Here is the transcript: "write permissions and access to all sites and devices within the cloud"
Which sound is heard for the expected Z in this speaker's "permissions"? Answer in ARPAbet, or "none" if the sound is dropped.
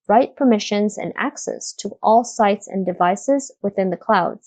Z